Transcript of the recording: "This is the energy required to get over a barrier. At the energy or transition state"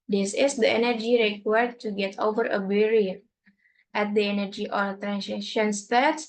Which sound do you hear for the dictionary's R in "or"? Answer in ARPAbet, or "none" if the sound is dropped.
L